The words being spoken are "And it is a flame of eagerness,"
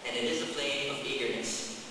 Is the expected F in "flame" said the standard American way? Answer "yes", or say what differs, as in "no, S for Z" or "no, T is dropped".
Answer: no, P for F